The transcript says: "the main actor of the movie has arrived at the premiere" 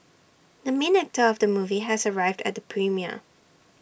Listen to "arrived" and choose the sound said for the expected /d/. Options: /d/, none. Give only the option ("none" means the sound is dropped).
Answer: /d/